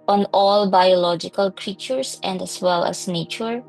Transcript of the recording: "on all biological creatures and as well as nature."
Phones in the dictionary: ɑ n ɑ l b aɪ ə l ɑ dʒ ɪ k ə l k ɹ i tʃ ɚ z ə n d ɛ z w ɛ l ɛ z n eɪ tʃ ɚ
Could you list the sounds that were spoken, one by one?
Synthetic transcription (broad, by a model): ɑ n ɑ l b aɪ ə l ɑ dʒ ɪ k ə l k ɹ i tʃ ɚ s ə n d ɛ s w ɛ l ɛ s n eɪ tʃ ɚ